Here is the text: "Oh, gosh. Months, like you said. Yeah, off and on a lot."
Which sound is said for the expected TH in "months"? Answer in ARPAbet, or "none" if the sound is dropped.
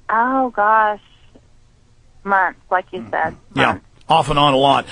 T